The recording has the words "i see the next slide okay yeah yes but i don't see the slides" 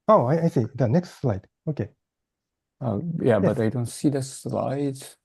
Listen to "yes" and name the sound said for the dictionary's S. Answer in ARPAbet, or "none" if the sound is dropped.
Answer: none